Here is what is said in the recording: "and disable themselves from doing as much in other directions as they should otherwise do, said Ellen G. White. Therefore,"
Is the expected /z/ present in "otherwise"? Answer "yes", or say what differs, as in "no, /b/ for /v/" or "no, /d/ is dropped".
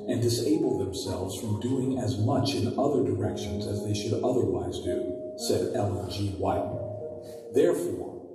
yes